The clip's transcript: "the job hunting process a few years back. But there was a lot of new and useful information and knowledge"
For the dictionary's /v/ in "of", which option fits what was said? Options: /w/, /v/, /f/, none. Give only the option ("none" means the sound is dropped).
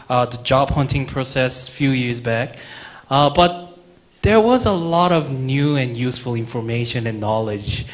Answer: /v/